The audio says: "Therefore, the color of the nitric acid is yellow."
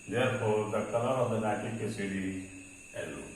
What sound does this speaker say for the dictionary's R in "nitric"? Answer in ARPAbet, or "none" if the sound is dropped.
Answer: none